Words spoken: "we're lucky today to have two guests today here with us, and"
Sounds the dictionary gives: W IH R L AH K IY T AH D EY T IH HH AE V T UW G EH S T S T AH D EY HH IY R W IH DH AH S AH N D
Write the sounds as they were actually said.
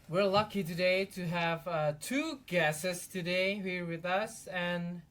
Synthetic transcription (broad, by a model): W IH R L AH K IY T AH D EY T IH HH AE V T UW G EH S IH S T AH D EY HH IY R W IH DH AH S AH N